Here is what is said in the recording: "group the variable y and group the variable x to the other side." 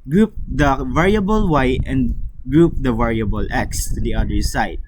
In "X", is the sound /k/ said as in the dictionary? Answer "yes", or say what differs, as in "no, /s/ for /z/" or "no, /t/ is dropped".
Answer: yes